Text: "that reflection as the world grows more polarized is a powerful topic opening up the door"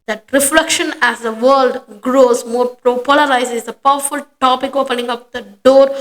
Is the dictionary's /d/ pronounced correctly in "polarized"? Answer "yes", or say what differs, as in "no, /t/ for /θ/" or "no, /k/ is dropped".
no, /d/ is dropped